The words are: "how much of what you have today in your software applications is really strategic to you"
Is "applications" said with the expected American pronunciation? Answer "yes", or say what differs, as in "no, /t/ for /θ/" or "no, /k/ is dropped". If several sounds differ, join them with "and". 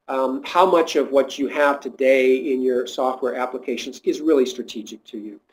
yes